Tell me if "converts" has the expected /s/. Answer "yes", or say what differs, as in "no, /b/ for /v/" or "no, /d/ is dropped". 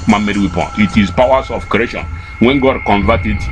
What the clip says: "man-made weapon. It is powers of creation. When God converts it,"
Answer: no, /s/ is dropped